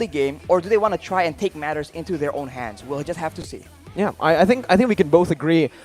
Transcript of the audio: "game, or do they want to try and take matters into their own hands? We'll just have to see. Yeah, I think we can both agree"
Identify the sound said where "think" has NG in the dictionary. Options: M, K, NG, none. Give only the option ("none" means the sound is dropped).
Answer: NG